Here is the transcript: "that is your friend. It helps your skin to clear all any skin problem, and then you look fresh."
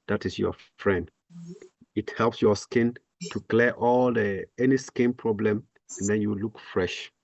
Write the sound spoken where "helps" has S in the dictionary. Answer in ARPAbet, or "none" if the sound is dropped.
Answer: S